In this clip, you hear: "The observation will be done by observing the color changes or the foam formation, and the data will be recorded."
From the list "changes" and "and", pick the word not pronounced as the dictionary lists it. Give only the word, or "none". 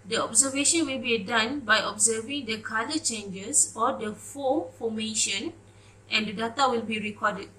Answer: changes